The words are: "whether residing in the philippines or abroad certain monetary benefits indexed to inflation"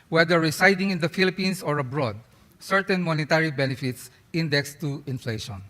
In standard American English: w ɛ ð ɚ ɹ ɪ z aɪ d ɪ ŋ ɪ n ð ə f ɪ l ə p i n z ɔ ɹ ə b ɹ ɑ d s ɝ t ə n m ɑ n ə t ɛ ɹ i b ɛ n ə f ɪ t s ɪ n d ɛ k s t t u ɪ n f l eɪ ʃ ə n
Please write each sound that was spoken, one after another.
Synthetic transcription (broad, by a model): w ɛ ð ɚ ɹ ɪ s aɪ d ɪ ŋ ɪ n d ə f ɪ l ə p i n s ɔ ɹ ə b ɹ ɑ d s ɝ t ə n m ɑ n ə t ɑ ɹ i b ɛ n ə f ɪ t s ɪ n d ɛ k s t t u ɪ n f l eɪ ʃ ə n